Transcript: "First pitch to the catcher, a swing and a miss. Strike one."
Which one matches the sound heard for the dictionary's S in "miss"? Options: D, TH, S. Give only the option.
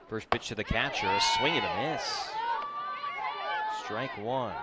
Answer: S